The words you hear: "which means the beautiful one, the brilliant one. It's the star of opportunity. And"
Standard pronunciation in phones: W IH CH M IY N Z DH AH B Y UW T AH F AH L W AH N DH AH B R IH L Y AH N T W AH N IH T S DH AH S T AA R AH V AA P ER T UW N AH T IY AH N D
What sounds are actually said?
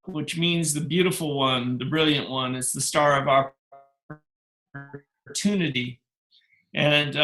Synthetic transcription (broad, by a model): W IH CH M IY N Z DH AH B Y UW T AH F L W AH N DH AH B R IH L Y AH N T W AH N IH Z DH AH S T AA R AH V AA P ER T UW N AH T IY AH N